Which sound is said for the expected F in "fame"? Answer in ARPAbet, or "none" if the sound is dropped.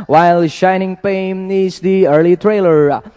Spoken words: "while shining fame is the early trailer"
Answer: P